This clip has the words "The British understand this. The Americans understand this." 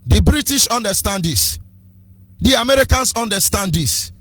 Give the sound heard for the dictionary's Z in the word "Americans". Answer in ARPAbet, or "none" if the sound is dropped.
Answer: S